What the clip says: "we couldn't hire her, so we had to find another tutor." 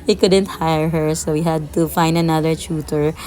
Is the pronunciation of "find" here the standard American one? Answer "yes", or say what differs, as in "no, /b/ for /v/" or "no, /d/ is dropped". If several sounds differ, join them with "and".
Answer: yes